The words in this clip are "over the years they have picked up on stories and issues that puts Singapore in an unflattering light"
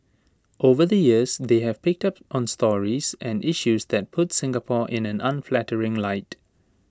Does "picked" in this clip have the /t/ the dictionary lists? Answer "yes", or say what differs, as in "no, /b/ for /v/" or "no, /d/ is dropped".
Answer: yes